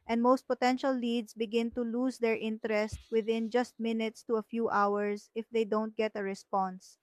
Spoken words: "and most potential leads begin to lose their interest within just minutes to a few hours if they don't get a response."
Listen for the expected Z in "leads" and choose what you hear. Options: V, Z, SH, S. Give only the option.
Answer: S